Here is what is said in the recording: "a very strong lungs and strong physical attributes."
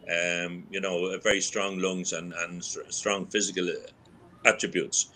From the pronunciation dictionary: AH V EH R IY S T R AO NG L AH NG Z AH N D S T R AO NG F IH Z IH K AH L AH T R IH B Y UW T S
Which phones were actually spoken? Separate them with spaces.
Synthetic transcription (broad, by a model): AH V EH R IY S T R AO NG L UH NG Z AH N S S T R AO NG F IH Z IH K AH L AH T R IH B Y UW T S